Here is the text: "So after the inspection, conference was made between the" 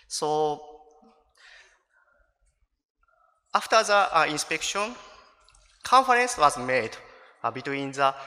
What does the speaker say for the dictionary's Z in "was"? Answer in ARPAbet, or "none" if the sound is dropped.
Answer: Z